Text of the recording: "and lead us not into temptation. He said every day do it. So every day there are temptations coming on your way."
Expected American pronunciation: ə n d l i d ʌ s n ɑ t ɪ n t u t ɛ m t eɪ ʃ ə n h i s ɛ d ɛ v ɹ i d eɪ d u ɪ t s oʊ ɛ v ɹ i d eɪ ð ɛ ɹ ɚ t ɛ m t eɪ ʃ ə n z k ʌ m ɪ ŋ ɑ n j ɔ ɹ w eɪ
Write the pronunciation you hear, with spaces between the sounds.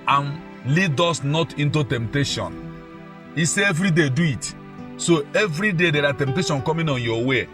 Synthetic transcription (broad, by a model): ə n l i d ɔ s n ɑ t ɪ n t u t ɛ m t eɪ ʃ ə n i s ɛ ɛ v ɹ i d eɪ d u ɪ t s oʊ ɛ v ɹ i d eɪ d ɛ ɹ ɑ t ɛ m t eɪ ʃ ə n k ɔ m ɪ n ɑ n j ɔ w eɪ